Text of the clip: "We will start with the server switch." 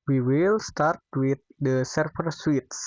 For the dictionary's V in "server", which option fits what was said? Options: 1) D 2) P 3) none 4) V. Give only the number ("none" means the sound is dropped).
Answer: 2